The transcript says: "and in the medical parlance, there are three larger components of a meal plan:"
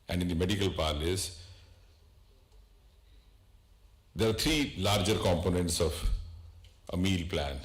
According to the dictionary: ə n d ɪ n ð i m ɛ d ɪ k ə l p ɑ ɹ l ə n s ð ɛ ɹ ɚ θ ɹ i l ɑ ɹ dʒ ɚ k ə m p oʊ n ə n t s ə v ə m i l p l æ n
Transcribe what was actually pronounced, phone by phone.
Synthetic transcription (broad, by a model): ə n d ɪ n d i m ɛ d ɪ k ə l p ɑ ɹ l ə s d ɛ ɹ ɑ t ɹ i l ɑ ɹ dʒ ɚ k ə m p oʊ n ə n t s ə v ə m i l p l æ n